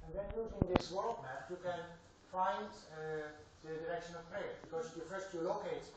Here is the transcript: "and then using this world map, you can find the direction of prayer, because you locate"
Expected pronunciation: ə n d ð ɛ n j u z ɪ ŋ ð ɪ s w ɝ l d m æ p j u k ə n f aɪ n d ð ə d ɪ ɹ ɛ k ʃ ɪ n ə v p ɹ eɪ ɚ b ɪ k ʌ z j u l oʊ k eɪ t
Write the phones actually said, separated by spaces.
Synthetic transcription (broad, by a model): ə n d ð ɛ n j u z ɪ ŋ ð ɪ s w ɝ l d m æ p j u k ə n f aɪ n d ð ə d ɪ ɹ ɛ k ʃ ɪ n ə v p eɪ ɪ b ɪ k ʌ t j u l oʊ k eɪ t